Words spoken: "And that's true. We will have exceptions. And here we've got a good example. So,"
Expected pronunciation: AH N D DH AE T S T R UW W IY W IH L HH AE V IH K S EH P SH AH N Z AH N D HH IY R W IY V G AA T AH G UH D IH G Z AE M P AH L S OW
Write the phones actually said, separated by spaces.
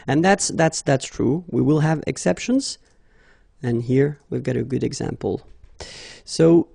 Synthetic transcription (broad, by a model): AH N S DH AE T S T R UW W IY W IH L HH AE V IH K S EH P SH AH N Z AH N HH IY R W IY V G AA T AH G UH D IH G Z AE M P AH L S OW